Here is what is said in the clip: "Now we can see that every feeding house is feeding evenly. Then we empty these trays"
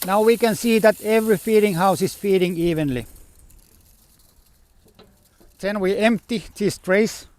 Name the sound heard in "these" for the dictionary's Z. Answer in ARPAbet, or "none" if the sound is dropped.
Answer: S